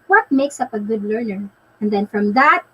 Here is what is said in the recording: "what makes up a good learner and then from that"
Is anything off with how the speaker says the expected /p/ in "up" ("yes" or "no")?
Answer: no